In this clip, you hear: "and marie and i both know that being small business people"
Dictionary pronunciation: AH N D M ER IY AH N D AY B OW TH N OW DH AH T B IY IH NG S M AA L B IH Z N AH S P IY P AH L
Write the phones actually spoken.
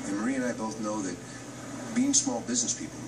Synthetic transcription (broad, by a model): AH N M ER IY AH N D AY B OW TH N OW DH AH T B IY IH NG S M AA L B IH Z N AH S P IY P L